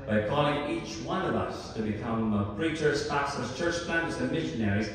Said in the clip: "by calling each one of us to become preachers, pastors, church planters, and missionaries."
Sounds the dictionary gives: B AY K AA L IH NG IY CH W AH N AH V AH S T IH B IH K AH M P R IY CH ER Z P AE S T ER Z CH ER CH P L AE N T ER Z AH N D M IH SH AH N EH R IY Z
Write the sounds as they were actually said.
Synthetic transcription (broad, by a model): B AY K AA L IH NG IY CH W AH N AH V AH S T IH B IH K AH M P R IY CH ER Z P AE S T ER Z CH ER CH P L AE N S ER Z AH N M IH SH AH N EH R IY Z